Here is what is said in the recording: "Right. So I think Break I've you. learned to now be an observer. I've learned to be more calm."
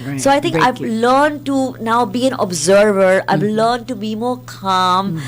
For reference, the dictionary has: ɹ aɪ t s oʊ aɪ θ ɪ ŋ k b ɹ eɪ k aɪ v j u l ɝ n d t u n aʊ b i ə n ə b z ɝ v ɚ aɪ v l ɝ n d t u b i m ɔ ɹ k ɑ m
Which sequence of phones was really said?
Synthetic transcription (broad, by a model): s oʊ aɪ t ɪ ŋ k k aɪ v l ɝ n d t u n aʊ b i ə n ə b z ɝ v ɚ aɪ v l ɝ n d t u b i m ɔ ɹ k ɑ m